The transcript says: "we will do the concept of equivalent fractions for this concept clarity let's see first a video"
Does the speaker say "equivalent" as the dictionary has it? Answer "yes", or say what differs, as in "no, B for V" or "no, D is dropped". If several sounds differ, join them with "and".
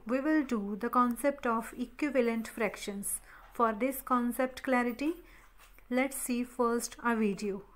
yes